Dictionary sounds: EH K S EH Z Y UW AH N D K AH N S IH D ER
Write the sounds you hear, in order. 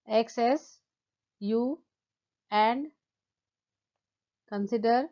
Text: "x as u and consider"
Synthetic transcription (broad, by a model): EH K S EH S Y UW AH N D K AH N S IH D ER